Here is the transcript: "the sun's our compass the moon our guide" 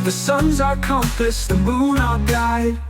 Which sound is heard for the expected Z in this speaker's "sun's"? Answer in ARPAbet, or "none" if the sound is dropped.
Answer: Z